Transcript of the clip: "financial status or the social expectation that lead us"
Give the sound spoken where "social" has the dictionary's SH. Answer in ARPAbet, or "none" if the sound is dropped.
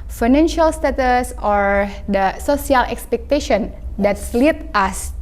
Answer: S